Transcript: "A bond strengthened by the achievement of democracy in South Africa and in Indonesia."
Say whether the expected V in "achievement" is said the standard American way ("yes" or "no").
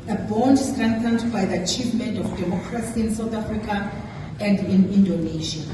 yes